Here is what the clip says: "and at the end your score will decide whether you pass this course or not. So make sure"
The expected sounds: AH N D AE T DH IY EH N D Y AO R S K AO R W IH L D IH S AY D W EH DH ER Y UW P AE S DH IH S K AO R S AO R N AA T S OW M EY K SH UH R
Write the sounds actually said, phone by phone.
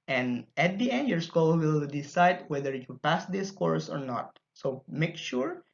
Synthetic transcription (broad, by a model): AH N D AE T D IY EH N D Y AO R S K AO L W IH L D IH S AY D W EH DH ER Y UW P AE S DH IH S K AO R S AO R N AA T S OW M EY K SH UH R